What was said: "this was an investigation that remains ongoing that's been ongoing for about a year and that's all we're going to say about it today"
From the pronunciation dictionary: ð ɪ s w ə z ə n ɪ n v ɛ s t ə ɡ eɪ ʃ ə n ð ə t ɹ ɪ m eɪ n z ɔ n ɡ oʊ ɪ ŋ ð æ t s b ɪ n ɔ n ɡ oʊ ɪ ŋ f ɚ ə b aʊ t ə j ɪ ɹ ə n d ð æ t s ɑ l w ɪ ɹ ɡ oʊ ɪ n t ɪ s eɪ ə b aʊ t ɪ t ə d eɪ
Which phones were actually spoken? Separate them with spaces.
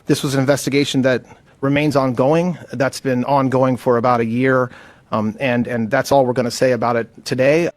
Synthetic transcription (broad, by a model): ð ɪ s w ə z ə n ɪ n v ɛ s t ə ɡ eɪ ʃ n ð ə t ɹ ɪ m eɪ n z ɔ n ɡ oʊ ɪ ŋ ð æ t s b ɪ n ɔ n ɡ oʊ ɪ ŋ f ɚ ə b aʊ t ə j ɪ ɹ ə n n ð æ t s ɑ l w ɪ ɹ ɡ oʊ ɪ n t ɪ s eɪ ə b aʊ t ɪ t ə d eɪ